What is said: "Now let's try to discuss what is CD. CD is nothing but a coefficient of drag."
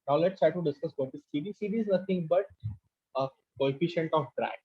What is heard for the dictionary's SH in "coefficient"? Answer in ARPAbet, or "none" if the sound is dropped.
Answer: SH